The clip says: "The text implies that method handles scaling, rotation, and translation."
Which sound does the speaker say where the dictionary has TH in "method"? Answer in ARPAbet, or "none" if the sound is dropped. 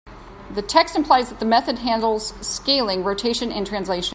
TH